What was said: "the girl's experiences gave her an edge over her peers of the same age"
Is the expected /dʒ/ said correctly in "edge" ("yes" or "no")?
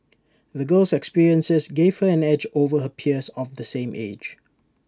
yes